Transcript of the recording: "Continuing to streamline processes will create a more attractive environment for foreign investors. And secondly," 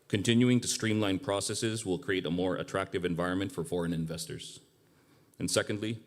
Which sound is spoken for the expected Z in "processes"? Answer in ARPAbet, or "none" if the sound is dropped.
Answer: Z